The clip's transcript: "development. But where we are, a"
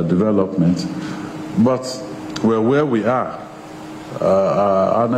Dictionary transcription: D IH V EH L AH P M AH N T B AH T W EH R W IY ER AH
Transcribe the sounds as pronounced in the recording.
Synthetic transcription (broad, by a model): D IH V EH L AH P M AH N T B AH T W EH W W IY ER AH